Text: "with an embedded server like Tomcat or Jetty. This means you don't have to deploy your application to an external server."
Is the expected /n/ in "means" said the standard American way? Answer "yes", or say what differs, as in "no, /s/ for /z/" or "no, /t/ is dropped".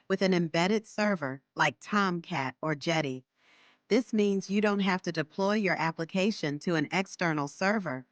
yes